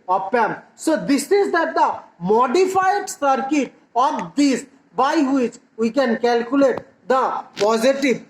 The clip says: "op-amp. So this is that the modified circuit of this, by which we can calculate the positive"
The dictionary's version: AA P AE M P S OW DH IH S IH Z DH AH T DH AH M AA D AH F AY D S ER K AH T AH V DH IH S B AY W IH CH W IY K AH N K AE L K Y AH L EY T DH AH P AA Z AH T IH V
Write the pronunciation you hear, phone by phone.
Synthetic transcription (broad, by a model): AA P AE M S OW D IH S IH Z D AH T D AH M AA D AH F AY D S ER K AH T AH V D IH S B AY W IH CH W IY K AH N K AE L K Y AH L EY T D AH P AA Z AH T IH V